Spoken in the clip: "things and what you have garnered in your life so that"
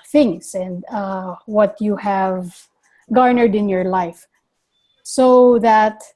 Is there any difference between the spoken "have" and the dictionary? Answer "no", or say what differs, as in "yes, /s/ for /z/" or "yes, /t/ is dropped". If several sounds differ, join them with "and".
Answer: no